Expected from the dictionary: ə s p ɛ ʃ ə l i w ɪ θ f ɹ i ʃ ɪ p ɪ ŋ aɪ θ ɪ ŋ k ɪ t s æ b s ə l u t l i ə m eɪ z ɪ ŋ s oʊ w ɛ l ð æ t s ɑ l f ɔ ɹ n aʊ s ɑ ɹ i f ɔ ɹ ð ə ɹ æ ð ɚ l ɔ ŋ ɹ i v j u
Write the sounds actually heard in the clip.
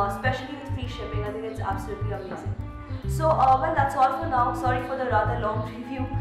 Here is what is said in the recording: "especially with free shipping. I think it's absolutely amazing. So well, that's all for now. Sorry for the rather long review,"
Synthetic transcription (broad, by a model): s p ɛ ʃ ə l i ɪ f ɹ i ʃ ɪ p ɪ ŋ aɪ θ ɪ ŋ ɪ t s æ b s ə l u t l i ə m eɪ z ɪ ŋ s oʊ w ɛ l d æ t s ɑ l f ɔ ɹ n aʊ s ɑ ɹ i f ɔ ɹ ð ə ɹ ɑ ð ɚ l ɔ ŋ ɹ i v j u